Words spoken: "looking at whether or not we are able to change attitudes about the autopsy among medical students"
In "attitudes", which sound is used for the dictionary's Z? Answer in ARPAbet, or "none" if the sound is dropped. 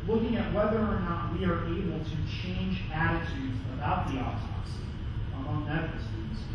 Z